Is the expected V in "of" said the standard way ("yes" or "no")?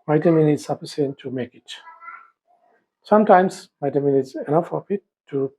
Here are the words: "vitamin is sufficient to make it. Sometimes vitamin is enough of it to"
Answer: no